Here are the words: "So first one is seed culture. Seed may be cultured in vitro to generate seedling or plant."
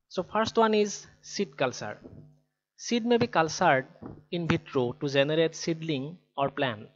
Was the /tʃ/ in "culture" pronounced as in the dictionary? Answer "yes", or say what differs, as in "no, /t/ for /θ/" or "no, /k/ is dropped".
no, /s/ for /tʃ/